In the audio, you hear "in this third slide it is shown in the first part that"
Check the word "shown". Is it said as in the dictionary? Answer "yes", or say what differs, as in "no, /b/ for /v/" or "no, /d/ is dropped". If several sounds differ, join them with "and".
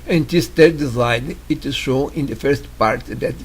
no, /n/ is dropped